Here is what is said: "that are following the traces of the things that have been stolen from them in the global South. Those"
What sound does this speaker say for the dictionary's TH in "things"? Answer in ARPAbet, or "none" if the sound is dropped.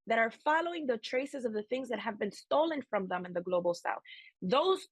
TH